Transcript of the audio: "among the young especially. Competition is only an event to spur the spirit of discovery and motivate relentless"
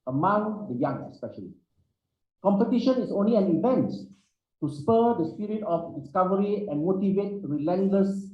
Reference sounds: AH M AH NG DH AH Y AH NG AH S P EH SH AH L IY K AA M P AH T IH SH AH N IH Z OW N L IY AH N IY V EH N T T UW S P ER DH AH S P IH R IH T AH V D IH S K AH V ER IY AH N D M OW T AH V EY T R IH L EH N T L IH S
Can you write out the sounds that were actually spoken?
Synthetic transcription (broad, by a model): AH M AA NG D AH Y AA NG AH S P EH SH AH L IY K AA M P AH T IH SH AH N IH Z OW N L IY AH N IY V EH N T T UW S P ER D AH S P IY R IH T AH F D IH S K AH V ER IY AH N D M OW T AH V EY T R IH L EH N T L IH S